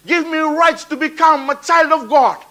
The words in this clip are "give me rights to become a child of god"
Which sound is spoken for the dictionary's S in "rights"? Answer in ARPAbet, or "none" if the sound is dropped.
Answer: S